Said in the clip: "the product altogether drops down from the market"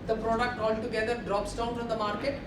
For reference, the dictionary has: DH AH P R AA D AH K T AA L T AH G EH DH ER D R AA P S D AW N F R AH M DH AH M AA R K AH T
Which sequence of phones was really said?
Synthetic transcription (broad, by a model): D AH P R AA D AH K T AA L T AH G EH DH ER D R AA P S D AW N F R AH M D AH M AA R K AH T